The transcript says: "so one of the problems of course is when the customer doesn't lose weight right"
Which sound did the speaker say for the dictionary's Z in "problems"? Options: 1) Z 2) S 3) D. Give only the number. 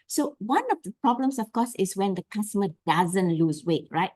2